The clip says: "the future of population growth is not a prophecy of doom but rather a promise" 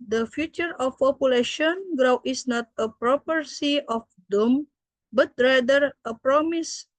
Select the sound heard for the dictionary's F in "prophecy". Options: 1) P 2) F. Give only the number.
1